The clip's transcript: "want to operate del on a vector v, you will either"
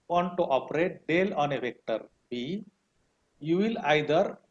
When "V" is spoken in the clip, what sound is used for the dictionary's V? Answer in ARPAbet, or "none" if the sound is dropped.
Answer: B